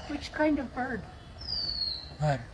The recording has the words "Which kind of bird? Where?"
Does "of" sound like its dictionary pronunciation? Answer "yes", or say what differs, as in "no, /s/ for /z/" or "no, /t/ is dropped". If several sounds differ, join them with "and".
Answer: yes